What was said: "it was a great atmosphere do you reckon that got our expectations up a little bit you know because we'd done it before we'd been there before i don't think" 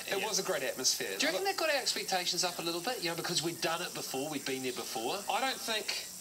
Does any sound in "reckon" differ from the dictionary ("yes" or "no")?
yes